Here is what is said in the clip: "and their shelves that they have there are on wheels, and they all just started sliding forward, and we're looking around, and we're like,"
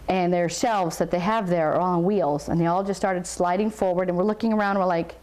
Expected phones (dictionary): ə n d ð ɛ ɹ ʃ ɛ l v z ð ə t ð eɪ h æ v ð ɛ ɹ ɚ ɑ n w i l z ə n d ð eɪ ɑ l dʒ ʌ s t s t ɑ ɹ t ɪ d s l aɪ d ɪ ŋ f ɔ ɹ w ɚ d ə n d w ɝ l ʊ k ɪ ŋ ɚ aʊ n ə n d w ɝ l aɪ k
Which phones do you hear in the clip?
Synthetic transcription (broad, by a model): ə n ð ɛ ɹ ʃ ɛ l v z ð ə t ð eɪ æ v ð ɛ ɹ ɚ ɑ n w i l z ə n ð eɪ ɑ l dʒ ʌ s s t ɑ ɹ t ɪ d s l aɪ d ɪ ŋ f ɔ ɹ w ɚ d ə n w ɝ l ʊ k ɪ ŋ ɚ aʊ ə n d w ɝ l aɪ k